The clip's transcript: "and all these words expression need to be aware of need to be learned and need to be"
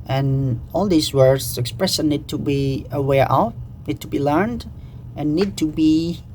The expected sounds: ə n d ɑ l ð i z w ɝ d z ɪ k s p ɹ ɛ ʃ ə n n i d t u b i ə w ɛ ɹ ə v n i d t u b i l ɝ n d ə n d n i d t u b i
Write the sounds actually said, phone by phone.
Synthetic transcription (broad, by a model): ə n ɑ l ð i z w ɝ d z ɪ k s p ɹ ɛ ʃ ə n n i d t u b i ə w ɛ ɹ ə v n i d t u b i l ɝ n d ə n n i d t u b i